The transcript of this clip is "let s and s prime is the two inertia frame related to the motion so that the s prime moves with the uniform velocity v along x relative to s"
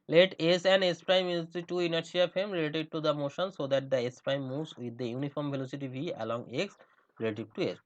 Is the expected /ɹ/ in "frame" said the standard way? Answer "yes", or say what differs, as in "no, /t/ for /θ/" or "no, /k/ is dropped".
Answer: no, /ɹ/ is dropped